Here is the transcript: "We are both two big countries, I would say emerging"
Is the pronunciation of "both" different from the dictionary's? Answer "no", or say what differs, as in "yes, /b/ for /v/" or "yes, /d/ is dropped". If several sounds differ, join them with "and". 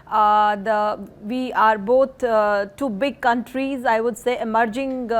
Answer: yes, /t/ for /θ/